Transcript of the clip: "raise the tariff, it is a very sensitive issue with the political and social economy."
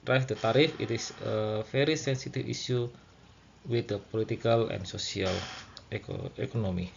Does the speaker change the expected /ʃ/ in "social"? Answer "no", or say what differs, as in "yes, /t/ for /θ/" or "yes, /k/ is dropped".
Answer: yes, /s/ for /ʃ/